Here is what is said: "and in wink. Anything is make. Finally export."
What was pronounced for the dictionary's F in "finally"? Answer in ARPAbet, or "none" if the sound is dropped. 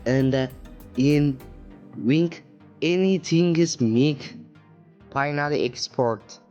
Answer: P